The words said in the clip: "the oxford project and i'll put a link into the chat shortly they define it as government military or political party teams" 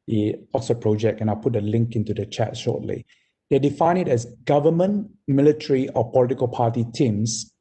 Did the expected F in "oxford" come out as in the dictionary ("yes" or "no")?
no